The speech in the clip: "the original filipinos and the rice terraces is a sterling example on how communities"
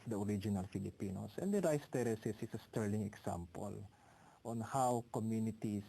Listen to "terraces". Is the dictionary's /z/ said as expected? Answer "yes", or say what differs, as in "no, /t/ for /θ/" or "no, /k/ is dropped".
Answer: no, /s/ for /z/